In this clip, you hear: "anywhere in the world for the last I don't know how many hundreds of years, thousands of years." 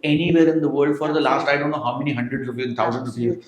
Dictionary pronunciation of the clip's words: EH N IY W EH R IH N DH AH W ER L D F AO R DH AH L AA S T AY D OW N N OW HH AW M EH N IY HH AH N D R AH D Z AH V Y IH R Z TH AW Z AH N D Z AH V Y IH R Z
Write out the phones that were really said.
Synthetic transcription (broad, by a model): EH N IY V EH R IH N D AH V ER L D F AO R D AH L AA S T AY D OW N N OW HH AW M EH N IY HH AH N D R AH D AH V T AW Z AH N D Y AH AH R